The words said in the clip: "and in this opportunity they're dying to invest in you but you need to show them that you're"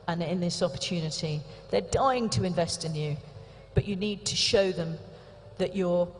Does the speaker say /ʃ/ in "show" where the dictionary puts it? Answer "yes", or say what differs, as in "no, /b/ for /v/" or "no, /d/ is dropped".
yes